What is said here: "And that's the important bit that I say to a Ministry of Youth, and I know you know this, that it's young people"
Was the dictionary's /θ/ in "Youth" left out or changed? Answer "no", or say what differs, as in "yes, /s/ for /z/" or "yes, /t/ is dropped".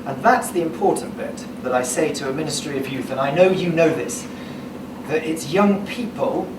no